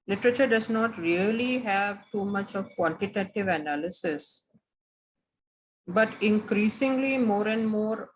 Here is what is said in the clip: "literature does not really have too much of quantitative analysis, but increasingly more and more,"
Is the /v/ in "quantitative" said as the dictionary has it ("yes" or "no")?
yes